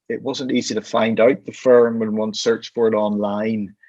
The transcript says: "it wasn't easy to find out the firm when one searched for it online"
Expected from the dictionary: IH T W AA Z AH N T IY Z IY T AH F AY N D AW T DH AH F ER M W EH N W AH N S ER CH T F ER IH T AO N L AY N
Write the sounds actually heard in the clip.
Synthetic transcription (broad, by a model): IH T W AA Z AH N T IY Z IY T AH F AY N D AW T DH AH F ER M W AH N W AH N S ER CH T F ER IH T AO N L AY N